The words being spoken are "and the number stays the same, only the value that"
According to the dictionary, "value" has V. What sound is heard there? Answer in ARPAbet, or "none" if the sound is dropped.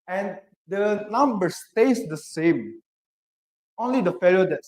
F